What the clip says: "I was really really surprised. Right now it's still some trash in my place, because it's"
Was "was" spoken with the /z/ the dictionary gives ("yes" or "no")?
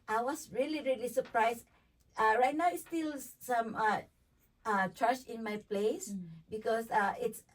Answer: no